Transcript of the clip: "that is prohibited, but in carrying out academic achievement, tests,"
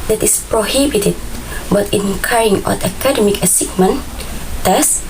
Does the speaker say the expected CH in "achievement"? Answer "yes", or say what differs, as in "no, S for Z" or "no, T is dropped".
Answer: no, S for CH